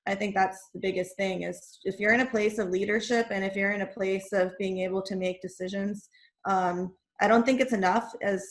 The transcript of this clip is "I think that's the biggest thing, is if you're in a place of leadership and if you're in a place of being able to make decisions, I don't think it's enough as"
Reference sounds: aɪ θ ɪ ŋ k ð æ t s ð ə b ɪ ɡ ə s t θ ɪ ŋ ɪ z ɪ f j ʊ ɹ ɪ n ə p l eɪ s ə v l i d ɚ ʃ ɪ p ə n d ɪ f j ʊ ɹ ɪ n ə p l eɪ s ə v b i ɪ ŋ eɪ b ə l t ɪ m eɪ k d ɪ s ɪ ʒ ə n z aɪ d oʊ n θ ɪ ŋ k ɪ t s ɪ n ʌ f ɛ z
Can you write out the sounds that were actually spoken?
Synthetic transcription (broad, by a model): aɪ θ ɪ ŋ k ð æ t s ð ə b ɪ ɡ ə s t θ ɪ ŋ ɪ z ɪ f j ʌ ɹ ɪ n ə p l eɪ s ə v l i d ɚ ʃ ɪ p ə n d ɪ f j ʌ ɹ ɪ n ə p l eɪ s ə v b i ɪ ŋ eɪ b l t ɪ m eɪ k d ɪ s ɪ ʒ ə n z aɪ d oʊ n θ ɪ ŋ k ɪ t s ɪ n ʌ f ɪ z